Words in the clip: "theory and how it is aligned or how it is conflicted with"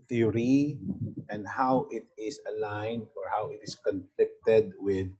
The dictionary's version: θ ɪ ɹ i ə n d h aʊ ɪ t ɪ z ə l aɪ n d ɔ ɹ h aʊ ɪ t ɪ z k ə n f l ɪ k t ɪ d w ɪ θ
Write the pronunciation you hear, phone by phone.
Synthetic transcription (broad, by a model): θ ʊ ɹ i ə n d h aʊ ɪ t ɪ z ə l aɪ n d ɔ ɹ h aʊ ɪ t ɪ s k ə n f l ɪ k t ɪ d w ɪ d